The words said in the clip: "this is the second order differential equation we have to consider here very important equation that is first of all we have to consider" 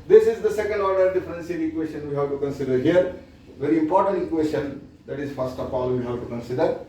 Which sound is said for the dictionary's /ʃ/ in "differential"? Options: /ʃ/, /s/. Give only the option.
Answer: /s/